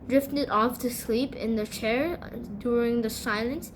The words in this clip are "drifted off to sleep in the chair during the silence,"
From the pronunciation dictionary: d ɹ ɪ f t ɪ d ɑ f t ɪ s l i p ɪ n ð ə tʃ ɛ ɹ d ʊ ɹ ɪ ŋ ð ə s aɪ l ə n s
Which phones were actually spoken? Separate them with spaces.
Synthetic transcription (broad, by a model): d ɹ ɪ f t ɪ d ɑ f t ɪ s l i p ɪ n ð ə tʃ ɛ ɹ d ʊ ɹ ɪ ŋ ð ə s aɪ l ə n s